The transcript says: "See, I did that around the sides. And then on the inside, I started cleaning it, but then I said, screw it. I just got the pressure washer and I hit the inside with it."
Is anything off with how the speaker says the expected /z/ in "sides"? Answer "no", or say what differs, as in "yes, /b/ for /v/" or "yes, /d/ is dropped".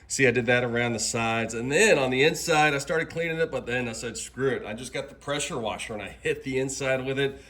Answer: no